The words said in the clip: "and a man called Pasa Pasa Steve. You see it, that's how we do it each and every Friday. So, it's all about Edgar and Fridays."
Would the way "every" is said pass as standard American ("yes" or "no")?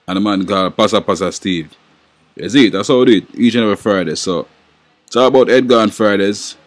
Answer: no